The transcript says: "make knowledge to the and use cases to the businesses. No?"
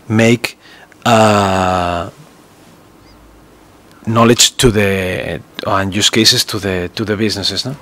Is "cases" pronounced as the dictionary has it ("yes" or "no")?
no